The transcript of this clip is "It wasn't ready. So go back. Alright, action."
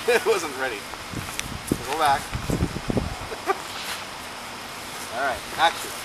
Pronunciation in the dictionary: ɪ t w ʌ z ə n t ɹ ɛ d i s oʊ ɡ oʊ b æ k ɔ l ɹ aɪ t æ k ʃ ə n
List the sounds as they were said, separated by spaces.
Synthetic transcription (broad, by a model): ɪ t w ʌ z ə n t ɹ ɛ d i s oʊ ɡ oʊ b æ k ɔ l ɹ aɪ t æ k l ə